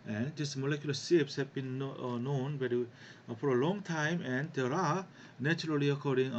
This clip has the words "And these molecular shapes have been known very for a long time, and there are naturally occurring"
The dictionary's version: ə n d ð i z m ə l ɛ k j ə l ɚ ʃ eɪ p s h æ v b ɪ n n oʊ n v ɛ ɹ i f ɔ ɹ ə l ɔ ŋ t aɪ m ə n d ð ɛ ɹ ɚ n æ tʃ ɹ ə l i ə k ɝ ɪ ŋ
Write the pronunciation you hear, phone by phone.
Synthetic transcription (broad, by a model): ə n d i s m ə l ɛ k j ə l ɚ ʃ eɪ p s h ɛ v b ɪ n n oʊ n b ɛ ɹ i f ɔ ɹ ə l ɔ ŋ t aɪ m ə n d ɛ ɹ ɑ n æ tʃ ɹ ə l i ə k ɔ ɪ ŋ